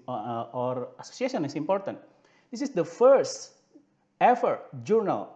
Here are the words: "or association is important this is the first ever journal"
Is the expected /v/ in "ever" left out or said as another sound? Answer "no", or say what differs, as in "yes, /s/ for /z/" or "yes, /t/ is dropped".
yes, /f/ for /v/